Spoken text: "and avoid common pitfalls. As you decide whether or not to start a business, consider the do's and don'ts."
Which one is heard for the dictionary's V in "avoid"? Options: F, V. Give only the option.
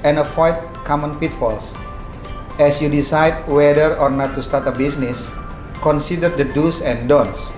F